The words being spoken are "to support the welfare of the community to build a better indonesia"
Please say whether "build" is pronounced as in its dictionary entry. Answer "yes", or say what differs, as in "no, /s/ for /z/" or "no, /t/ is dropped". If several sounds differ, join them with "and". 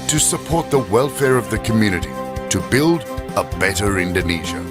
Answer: yes